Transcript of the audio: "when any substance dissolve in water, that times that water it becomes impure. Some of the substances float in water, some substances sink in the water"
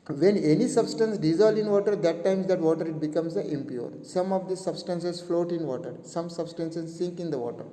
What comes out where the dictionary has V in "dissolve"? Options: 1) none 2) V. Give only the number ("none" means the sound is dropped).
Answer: 1